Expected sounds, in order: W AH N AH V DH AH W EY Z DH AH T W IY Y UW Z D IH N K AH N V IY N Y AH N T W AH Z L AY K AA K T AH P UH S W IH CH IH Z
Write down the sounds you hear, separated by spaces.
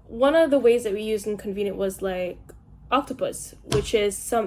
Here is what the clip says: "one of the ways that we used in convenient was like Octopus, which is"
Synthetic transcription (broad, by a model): W AH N AH V DH AH W EY Z DH AH T W IY Y UW Z D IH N K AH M V IY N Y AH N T W AH Z L AY K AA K T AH P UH S W IH CH IH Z